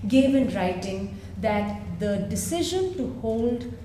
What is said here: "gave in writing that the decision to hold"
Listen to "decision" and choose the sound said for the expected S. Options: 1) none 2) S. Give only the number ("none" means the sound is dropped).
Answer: 2